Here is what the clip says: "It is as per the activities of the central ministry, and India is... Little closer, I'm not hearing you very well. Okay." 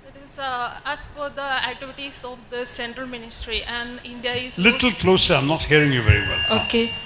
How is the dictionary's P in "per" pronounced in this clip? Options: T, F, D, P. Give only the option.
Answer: F